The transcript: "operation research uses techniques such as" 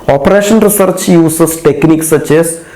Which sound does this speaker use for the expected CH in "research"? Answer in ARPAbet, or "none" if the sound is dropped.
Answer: CH